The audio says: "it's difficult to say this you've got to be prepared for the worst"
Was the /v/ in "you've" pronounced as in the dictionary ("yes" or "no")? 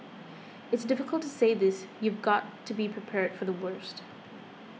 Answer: yes